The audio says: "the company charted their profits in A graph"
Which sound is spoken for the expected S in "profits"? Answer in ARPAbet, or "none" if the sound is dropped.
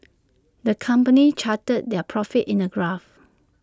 none